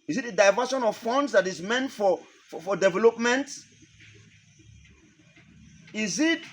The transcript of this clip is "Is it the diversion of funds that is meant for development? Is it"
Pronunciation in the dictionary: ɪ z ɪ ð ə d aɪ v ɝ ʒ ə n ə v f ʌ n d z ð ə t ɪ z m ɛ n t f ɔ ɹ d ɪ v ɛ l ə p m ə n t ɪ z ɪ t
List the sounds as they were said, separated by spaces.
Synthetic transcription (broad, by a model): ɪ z ɪ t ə d aɪ v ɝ ʃ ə n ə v f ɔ n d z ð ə t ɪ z m ɛ n t f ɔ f d ɪ v ɛ l ə p m ə n t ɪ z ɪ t